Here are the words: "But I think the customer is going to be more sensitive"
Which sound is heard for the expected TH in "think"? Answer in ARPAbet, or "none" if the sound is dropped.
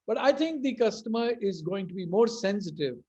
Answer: T